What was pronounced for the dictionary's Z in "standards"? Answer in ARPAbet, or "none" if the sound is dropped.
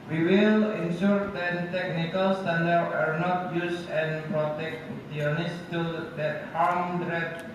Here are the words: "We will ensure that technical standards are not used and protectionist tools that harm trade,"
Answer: none